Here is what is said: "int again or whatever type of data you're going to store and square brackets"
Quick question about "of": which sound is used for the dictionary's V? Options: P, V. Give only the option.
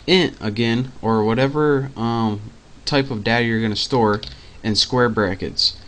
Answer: V